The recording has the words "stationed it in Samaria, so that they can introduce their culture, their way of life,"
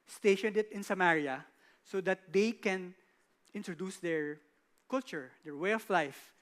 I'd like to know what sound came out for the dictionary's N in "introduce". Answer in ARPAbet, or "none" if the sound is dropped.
N